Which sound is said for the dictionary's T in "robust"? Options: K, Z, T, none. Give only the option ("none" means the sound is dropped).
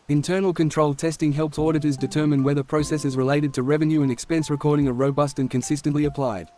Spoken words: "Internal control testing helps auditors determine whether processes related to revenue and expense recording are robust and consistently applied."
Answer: T